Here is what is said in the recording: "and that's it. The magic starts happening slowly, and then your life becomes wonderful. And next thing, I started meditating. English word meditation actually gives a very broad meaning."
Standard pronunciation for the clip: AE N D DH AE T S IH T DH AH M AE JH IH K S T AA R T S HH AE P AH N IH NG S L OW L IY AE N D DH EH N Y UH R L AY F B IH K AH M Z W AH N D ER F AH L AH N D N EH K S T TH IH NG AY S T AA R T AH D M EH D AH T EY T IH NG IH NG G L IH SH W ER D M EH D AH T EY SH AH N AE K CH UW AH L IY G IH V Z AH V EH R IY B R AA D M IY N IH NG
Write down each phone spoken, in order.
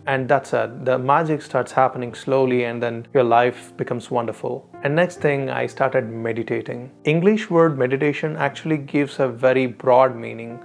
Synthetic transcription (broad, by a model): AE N D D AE T S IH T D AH M AE JH IH K S T AA R T S HH AE P AH N IH NG S L OW L IY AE N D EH N Y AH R L AY F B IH K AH M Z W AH N D ER F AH L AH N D N EH K S T T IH NG AY S T AA R T AH D M EH D AH T EY T IH NG IH NG G L IH SH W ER D M EH D AH T EY SH AH N AE K CH UW AH L IY G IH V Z AH V EH R IY B R AA D M IY N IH NG